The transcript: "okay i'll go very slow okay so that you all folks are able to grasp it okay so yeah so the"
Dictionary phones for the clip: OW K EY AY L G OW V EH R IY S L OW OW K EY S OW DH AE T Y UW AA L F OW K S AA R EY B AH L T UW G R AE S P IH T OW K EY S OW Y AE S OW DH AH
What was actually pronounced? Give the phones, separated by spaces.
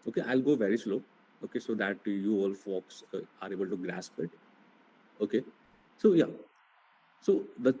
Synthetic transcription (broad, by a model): OW K EY AY L G OW V EH R IY S L OW OW K EY S OW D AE T Y UW AA L F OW K S AA R EY B AH L T UW G R AE S P IH T OW K EY S OW Y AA S OW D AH